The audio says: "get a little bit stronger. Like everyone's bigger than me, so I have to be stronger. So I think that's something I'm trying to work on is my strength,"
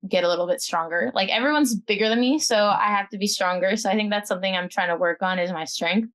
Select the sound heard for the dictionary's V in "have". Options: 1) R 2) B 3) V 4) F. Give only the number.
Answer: 4